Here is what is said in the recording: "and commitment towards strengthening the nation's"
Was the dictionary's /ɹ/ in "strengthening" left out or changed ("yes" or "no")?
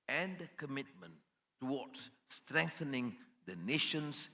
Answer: no